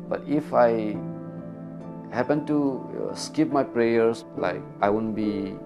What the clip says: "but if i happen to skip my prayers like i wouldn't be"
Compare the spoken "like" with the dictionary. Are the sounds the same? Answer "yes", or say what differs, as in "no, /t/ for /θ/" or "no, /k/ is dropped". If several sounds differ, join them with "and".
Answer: yes